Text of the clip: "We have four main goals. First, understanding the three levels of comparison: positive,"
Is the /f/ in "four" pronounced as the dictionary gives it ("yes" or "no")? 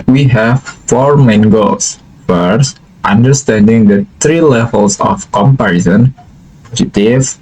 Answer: yes